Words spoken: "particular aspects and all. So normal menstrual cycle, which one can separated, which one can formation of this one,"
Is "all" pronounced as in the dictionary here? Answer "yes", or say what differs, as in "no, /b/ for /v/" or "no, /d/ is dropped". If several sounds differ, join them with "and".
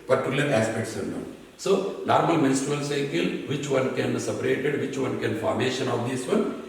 no, /n/ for /l/